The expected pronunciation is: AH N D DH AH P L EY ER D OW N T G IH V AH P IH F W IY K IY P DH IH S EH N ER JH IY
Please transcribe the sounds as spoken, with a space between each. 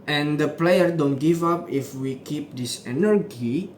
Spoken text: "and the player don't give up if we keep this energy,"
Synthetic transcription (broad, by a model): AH N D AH P L EY ER D OW N T G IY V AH P IH F W IY K IY P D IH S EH N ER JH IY